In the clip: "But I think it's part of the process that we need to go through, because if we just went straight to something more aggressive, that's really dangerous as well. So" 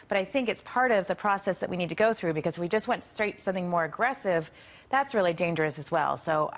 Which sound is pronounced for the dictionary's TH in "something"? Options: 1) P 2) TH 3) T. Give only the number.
2